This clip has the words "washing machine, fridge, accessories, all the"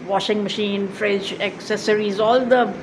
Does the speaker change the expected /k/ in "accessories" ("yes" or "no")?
no